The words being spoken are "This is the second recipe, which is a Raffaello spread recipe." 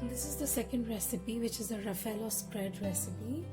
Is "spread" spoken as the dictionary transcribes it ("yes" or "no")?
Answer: yes